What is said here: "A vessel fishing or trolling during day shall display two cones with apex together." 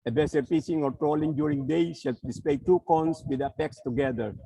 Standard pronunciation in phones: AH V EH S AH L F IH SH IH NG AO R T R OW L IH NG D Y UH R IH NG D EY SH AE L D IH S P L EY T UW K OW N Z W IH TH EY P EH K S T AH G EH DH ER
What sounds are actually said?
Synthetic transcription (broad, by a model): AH B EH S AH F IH S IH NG AO R T R OW L IH NG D Y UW R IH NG D EY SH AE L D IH S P L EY T UW K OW N S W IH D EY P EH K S T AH G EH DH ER